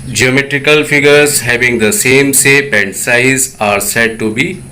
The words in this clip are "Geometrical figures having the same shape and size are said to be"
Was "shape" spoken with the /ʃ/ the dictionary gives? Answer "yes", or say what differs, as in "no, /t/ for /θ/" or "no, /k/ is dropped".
no, /s/ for /ʃ/